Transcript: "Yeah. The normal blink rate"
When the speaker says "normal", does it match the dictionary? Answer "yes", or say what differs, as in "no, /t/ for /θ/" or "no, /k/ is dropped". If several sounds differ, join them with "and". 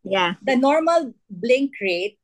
yes